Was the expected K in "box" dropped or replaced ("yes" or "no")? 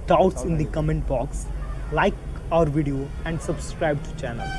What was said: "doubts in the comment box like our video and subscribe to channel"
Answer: no